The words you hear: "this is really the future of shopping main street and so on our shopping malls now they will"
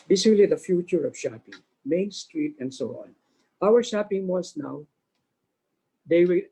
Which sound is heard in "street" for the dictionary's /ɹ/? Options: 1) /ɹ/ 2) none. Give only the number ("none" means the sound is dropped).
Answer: 1